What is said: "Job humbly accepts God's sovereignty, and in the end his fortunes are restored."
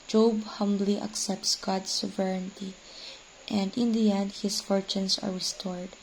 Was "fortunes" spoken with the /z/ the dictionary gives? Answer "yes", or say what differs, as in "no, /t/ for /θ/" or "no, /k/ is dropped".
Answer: no, /s/ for /z/